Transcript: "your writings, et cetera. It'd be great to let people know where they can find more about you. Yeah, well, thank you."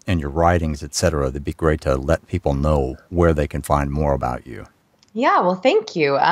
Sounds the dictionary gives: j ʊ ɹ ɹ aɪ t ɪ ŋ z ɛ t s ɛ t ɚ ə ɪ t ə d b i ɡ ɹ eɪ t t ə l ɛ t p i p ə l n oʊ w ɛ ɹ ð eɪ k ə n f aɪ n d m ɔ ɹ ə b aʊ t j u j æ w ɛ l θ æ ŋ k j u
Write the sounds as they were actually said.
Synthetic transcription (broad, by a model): j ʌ ɹ ɹ aɪ t ɪ ŋ z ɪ t s ɛ t ɚ ə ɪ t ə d b i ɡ ɹ eɪ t t ə l ɛ t p i p l n oʊ w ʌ ɹ ð eɪ k ə n f aɪ n d m ɔ ɹ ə b aʊ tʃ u j æ w ɛ l θ æ ŋ k j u